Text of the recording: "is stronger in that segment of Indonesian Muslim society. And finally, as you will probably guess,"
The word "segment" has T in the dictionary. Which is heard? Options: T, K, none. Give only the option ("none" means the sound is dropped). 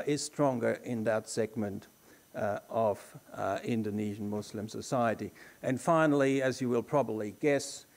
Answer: T